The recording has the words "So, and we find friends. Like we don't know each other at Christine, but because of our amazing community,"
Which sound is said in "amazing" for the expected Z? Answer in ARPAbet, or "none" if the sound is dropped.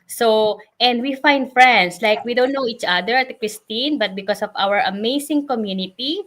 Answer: S